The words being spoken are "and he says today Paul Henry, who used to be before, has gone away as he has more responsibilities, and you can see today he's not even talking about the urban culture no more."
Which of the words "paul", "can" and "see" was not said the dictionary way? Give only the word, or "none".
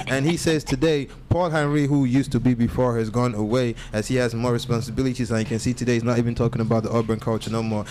none